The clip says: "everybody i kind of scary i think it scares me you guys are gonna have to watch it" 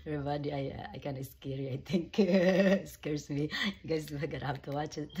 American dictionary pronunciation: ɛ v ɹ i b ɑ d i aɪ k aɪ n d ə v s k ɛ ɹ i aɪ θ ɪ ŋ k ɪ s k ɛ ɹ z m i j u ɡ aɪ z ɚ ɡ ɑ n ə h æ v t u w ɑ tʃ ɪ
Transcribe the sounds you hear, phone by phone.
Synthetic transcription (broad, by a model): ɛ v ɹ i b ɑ d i aɪ k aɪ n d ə s k ɛ ɹ i aɪ t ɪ ŋ k s k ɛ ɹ s m i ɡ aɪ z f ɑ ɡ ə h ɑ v t u w ɑ tʃ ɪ